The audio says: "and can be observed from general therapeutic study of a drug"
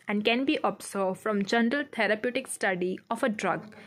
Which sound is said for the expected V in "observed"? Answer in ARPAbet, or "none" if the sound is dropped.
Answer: F